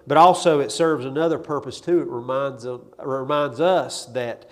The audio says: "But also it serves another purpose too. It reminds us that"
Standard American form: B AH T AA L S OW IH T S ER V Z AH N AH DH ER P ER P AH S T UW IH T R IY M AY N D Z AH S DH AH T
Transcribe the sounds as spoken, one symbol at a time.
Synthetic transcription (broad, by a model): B AH T AA L S OW IH T S ER V Z AH N AH DH ER P ER P AH S T UW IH T R IY M AY N D Z AH S DH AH T